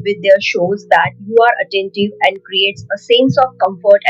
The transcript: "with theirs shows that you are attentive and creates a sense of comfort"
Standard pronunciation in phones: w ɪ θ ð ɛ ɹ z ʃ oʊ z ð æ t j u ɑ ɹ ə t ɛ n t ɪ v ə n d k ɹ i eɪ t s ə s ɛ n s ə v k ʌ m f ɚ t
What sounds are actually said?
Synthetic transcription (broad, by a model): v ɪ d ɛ ɹ ʃ oʊ z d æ t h u ɑ ɹ ə t ɛ n t ɪ v ə n d k ɹ i eɪ t s ə s ɛ n s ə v k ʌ m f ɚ t